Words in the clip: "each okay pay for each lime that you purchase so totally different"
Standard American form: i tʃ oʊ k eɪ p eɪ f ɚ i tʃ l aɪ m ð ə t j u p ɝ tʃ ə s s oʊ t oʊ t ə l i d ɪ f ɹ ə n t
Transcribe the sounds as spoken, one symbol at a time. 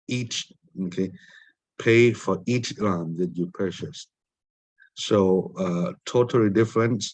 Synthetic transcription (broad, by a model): i tʃ oʊ k eɪ p eɪ f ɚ i tʃ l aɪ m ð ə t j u p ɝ ʃ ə s s oʊ t oʊ t ə l i d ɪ f ɹ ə n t